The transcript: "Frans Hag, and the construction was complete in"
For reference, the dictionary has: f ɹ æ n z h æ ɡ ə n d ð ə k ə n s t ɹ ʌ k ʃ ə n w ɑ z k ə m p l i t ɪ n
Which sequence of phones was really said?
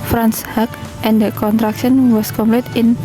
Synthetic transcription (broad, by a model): f ɹ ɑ n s h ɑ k ə n d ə k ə n t ɹ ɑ k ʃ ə n w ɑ s k ə m p l i t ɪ n